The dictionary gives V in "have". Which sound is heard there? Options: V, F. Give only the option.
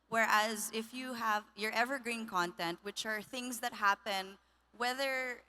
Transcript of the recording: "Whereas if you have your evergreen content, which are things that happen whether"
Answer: V